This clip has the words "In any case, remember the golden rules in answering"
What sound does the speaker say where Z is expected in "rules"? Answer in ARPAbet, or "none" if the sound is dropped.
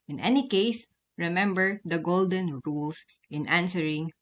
S